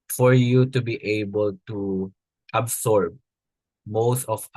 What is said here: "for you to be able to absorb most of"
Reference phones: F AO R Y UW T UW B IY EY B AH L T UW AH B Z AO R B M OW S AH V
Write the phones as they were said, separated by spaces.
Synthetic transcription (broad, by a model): F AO R Y UW T UW B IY EY B AH L T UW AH B S AO R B M OW S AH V